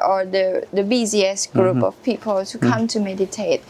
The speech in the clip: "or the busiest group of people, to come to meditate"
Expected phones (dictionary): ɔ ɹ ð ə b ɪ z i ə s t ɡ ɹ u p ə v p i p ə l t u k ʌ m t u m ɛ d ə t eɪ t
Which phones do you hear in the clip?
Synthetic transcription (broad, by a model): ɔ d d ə b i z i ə s ɡ ɹ u p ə f p i p ə l t u k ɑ m t u m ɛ d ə t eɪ t